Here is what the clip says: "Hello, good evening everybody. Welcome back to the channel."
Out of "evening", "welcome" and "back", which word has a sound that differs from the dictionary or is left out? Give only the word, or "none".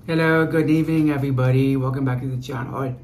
welcome